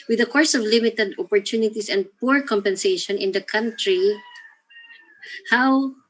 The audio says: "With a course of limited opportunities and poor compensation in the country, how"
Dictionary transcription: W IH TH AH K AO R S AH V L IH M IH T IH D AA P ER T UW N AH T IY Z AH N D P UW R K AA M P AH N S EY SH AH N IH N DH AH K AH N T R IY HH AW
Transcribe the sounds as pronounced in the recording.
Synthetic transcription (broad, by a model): W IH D AH K AO R S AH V L IH M IH T IH D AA P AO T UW N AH T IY S AH N D P UW R K AA M P AH N S EY SH AH N IH N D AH K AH N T R IY HH AW